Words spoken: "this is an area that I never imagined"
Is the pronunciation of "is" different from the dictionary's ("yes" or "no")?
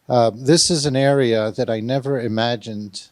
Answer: no